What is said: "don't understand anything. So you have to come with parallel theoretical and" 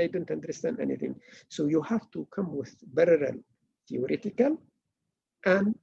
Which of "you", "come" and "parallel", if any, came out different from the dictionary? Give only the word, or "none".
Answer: parallel